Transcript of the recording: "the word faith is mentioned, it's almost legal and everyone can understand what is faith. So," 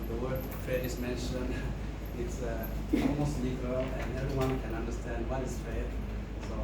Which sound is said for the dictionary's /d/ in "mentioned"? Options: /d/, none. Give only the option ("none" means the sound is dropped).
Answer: none